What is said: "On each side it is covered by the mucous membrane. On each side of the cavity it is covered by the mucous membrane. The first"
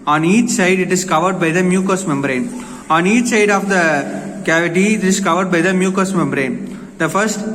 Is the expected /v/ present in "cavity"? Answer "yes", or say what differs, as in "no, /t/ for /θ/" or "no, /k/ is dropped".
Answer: yes